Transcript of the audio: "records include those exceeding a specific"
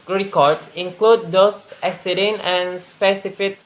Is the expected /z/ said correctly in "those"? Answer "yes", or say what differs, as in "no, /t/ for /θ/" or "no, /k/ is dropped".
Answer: no, /s/ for /z/